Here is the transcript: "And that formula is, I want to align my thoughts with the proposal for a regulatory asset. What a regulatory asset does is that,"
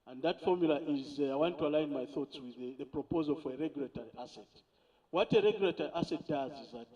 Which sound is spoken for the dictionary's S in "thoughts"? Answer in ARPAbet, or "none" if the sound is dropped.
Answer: S